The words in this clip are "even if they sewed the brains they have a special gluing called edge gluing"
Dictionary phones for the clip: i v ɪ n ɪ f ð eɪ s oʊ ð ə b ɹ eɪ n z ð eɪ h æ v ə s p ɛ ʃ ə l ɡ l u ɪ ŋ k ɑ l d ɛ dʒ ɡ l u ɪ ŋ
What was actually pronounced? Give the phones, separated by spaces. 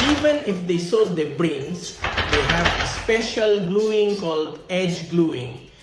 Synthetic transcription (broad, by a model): i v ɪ n ɪ f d eɪ s oʊ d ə b ɹ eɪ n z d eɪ h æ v ə s p ɛ ʃ ə l ɡ l u ɪ ŋ k ɑ l d ɛ dʒ ɡ l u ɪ ŋ